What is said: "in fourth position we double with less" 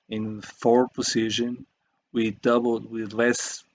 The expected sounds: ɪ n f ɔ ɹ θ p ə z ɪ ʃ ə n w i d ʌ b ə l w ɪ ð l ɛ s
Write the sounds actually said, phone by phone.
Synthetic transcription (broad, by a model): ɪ n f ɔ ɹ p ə s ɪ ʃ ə n w i d ʌ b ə l w ɪ ð l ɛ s